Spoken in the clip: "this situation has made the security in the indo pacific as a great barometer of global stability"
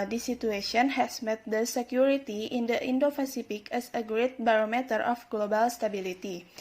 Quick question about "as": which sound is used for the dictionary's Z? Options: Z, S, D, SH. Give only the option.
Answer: S